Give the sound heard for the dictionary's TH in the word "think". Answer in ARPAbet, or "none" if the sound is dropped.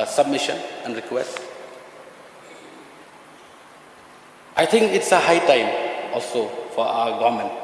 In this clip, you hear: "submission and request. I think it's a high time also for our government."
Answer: T